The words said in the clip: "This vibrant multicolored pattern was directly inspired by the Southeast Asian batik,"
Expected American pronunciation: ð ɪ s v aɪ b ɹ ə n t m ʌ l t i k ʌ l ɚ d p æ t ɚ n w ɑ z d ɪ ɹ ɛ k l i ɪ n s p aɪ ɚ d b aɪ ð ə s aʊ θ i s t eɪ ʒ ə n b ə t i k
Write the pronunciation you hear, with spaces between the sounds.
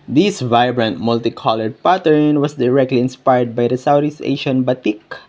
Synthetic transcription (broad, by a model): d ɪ s v aɪ b ɹ ə n t m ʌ l t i k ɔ l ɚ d p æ t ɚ n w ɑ s d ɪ ɹ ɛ k l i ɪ n s p aɪ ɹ d b aɪ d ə s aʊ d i s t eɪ ʃ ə n b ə t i k